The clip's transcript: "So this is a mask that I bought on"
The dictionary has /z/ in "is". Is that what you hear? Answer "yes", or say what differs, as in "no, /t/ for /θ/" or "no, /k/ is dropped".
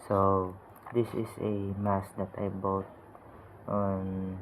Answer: no, /s/ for /z/